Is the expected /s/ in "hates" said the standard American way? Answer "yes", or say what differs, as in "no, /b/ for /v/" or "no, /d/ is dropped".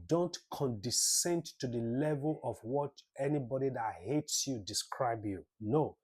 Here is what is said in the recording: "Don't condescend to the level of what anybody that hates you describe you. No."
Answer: yes